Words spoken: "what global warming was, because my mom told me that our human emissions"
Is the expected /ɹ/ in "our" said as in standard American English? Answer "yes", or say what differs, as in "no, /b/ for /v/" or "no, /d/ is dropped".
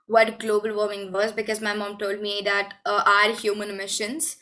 yes